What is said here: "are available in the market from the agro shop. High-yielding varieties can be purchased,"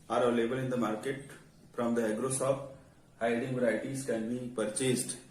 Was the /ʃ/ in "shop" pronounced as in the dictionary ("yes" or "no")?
no